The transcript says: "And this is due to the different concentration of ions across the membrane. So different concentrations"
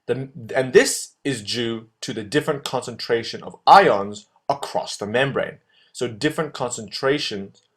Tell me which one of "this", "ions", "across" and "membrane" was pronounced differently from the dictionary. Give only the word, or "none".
none